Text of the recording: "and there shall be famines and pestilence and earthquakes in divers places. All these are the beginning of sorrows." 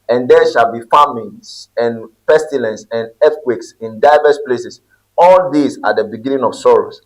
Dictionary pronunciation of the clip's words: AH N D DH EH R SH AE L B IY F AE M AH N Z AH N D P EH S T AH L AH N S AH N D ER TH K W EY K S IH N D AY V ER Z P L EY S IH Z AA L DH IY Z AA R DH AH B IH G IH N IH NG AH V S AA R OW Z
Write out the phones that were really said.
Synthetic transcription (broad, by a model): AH N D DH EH SH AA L B IY F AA M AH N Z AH N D P EH S T AH L AH N S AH N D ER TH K W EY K S IH N D AY V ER S P L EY S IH S AA L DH IY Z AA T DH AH B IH G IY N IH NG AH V S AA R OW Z